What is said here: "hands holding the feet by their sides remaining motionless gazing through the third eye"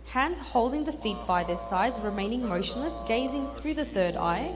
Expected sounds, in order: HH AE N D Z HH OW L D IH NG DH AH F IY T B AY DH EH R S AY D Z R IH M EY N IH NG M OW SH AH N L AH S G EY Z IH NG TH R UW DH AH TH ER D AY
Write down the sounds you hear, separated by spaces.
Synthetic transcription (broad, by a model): HH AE N D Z HH OW L D IH NG DH AH F IY T B AY DH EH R S AY D Z R IH M EY N IH NG M OW SH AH N L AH S G EY Z IH NG TH R UW DH AH TH ER D AY